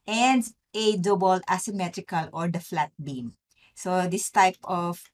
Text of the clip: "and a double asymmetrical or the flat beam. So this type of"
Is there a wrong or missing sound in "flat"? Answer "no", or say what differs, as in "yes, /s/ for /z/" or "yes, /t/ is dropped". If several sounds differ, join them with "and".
no